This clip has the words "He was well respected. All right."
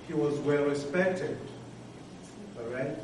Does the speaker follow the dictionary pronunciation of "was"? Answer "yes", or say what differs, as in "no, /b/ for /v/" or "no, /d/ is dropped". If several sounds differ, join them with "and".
yes